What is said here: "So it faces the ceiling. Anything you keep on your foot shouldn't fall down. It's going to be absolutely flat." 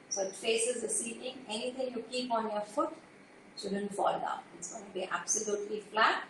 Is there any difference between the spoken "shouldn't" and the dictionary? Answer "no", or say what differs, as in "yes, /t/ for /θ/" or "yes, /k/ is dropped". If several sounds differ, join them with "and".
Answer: yes, /s/ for /ʃ/